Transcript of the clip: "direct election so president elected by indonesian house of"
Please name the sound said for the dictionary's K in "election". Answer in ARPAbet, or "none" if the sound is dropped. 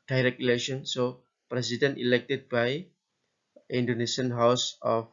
none